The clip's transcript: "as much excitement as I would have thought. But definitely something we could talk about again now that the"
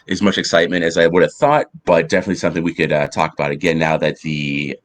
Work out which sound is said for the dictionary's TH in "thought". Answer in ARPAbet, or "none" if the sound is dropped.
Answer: TH